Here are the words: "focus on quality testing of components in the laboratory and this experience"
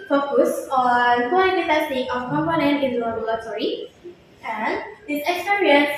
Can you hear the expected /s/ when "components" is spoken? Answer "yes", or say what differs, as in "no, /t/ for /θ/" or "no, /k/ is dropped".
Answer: no, /s/ is dropped